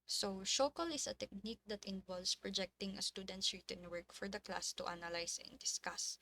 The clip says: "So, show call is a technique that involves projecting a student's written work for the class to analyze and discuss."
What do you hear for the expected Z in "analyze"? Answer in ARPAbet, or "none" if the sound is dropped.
S